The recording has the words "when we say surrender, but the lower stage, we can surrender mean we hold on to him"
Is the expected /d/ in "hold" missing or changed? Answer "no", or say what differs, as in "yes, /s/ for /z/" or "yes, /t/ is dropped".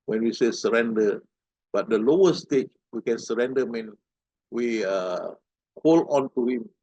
yes, /d/ is dropped